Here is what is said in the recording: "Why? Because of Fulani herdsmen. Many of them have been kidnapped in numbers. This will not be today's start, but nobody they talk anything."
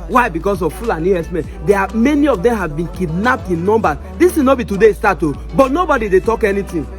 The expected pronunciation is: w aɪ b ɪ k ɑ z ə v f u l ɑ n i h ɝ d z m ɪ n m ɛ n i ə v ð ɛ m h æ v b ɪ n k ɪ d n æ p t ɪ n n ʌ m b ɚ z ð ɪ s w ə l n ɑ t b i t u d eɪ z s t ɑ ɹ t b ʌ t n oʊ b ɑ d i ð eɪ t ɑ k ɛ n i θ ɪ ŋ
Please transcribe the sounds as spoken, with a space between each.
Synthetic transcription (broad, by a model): w aɪ b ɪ k ɑ s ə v f u l ɑ n i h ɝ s m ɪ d m ɛ n i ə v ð ɛ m h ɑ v b ɪ n k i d n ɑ p t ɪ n n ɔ m b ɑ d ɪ s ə n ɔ b i t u d eɪ s t ɑ t b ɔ t n oʊ b ɑ d i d eɪ t ɑ k ɛ n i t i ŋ